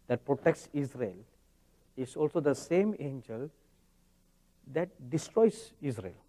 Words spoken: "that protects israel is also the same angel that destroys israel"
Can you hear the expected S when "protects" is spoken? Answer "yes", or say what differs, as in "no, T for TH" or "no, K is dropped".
yes